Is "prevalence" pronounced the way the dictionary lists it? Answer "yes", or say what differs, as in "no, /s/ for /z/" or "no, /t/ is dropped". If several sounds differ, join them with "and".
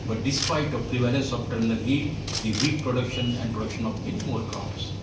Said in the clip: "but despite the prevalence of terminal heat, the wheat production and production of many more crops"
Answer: no, /n/ is dropped